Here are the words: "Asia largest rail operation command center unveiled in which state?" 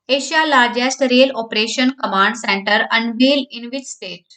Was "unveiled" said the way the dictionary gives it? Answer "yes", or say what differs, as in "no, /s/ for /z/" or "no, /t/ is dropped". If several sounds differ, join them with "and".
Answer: no, /d/ is dropped